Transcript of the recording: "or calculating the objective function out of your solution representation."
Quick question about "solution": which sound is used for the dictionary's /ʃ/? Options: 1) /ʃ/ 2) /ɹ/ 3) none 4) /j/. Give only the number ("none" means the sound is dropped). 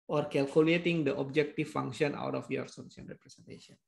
3